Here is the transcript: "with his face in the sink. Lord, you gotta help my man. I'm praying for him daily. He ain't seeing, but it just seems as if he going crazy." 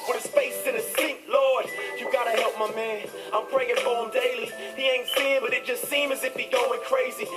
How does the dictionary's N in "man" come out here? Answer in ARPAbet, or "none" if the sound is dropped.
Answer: N